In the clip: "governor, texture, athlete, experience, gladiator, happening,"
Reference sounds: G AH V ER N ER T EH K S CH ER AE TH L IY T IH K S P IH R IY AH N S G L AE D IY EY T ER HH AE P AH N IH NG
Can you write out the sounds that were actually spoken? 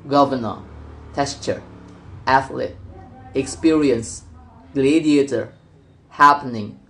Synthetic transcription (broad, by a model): G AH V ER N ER T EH S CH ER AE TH L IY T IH K S P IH R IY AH N S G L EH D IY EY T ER HH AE P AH N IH NG